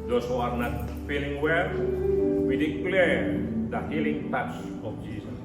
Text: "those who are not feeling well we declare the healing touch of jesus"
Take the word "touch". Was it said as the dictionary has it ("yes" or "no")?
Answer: no